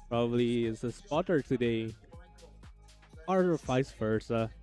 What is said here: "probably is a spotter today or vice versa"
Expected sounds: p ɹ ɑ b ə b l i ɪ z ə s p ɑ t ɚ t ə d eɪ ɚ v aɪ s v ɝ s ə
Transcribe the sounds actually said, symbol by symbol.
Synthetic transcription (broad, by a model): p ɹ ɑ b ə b l i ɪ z ə s p ɑ t ɚ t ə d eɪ ɚ f aɪ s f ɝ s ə